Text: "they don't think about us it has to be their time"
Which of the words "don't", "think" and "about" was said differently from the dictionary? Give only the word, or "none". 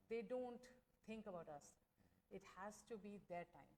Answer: think